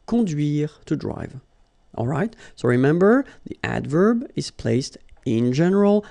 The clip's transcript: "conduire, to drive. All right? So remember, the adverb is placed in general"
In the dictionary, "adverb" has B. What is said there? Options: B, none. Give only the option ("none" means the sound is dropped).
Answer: B